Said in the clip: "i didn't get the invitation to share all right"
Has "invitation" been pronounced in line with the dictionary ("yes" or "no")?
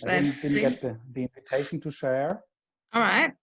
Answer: yes